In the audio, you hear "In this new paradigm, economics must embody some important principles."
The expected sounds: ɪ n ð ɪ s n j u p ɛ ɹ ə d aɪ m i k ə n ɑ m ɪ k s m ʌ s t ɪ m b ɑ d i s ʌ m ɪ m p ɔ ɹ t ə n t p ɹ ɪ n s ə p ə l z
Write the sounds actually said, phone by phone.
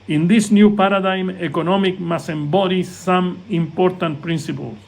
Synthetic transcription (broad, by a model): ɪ n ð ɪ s n j u p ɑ ɹ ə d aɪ m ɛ k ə n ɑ m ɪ k m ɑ s ɪ m b ɑ d i s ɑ m ɪ m p ɔ ɹ t ə n t p ɹ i n s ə p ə l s